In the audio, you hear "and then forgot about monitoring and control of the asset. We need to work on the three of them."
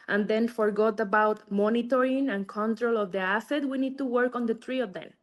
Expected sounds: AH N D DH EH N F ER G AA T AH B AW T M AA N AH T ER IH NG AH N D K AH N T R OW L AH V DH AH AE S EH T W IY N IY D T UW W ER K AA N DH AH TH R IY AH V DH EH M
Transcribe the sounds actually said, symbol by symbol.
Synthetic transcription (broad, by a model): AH N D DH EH N F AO G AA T AH B AW T M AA N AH T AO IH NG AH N K AH N T R OW L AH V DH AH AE S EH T W IY N IY D T UW W ER K AA N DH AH T R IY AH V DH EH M